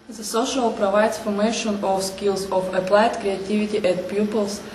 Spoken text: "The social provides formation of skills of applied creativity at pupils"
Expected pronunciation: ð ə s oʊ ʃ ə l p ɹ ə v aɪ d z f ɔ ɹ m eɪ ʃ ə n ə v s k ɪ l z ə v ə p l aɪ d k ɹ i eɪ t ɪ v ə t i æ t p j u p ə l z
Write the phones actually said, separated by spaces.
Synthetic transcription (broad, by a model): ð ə s oʊ ʃ ə l p ɹ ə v aɪ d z f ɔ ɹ m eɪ ʃ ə n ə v s k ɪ l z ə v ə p l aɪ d k ɹ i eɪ t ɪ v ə t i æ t p j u p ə l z